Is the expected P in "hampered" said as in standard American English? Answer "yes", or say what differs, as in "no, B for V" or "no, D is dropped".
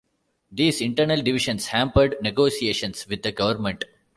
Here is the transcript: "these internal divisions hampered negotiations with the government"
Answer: yes